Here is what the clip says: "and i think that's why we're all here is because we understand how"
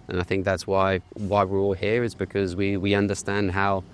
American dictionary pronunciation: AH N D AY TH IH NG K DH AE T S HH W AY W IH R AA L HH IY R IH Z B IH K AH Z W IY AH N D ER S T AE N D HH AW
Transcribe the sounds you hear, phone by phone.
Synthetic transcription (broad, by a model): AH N AY TH IH NG K DH AE T S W W AY W IH R AA L HH IY R IH Z B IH K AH Z W IY AH N D ER S T AE N D HH AW